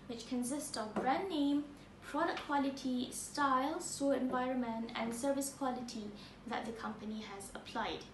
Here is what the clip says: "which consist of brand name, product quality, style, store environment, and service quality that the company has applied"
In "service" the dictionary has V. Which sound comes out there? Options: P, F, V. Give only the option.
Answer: V